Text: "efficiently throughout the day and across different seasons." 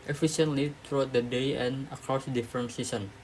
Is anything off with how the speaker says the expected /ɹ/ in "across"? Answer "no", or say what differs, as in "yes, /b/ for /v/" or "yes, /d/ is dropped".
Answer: no